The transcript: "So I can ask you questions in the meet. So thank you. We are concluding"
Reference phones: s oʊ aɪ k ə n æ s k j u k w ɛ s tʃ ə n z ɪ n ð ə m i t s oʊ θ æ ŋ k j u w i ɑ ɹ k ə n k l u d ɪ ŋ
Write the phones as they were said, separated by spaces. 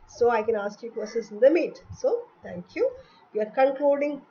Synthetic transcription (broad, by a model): s oʊ aɪ k ə n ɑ s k j u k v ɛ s ə z ɪ n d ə m i t s oʊ t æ ŋ k j u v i ɑ ɹ k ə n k l u d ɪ ŋ